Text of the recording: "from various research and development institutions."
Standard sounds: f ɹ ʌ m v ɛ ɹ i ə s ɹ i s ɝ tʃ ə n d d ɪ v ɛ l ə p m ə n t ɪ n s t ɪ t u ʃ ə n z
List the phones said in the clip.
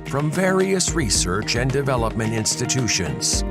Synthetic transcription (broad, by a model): f ɹ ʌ m v ɛ ɹ i ə s ɹ i s ɝ tʃ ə n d d ɪ v ɛ l ə p m ə n t ɪ n s t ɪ t u ʃ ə n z